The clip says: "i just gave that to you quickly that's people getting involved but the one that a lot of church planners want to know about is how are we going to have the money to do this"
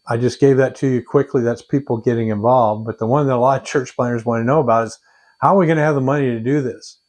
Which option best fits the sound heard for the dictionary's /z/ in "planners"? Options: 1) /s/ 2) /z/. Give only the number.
2